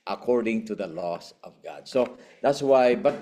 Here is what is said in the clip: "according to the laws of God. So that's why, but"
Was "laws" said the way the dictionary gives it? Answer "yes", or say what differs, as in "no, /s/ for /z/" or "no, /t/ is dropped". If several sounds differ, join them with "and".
no, /s/ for /z/